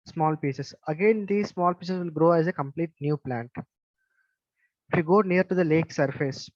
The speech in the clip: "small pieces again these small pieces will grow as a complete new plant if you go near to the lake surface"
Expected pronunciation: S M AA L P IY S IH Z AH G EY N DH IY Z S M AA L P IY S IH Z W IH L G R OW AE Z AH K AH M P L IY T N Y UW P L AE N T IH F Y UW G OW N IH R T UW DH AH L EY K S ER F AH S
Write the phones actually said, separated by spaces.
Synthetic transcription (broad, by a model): S M AA L P IY S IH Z AH G EY N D IY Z S M AA L P IY S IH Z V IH L G R OW AE Z AH K AH M P L IY T N Y UW P L AE N T IH F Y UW G OW N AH R T UW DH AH L EY K S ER F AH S